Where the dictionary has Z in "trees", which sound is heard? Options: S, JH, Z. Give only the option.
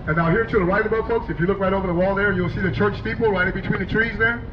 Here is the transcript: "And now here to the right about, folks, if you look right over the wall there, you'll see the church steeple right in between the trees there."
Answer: Z